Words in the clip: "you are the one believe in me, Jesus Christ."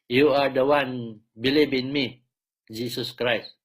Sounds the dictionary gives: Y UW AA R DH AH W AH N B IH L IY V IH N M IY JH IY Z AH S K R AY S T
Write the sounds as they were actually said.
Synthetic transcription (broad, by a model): Y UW AA R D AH W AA N B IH L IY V IH N M IY JH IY S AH S K R AY S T